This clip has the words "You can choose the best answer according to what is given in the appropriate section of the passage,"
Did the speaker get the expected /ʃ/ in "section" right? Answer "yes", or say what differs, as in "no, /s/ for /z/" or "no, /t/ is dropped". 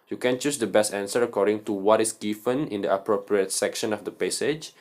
yes